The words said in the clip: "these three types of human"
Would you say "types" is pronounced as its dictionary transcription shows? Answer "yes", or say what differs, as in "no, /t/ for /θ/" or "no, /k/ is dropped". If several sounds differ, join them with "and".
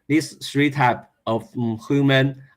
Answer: no, /s/ is dropped